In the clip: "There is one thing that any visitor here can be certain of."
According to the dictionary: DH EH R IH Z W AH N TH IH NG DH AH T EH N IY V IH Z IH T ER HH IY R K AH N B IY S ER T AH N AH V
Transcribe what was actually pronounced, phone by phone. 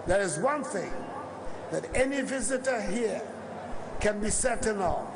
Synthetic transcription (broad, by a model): DH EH R IH Z W AH N TH IH NG DH AH T EH N IY V IH Z IH T ER HH IY R K AH N B IY S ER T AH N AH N